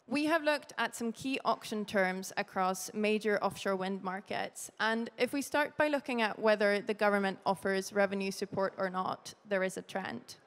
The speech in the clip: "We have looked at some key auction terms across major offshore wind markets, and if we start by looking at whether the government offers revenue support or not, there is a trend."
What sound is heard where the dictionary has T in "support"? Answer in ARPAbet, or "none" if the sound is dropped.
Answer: T